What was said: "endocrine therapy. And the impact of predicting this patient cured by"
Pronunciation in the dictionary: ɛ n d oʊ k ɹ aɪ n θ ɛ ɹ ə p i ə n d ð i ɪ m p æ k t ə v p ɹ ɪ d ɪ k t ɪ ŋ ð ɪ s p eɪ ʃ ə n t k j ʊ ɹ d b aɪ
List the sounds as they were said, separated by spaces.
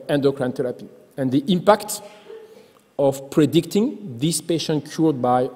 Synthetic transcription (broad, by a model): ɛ n d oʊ k ɹ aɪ n t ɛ ɹ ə p i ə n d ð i ɪ m p æ k t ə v p ɹ ɪ d ɪ k t ɪ ŋ ð ɪ s p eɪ ʃ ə n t k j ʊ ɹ d b aɪ